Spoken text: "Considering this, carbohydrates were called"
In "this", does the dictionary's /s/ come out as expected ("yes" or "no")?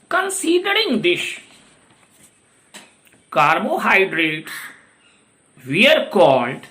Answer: no